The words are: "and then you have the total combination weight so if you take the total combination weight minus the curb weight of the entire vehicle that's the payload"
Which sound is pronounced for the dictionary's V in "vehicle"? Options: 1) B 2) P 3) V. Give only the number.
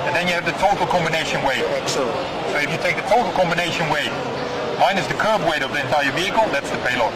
3